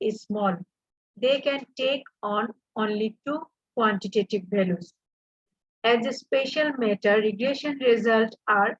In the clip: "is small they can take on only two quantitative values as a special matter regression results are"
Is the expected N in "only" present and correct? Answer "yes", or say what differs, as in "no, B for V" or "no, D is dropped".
yes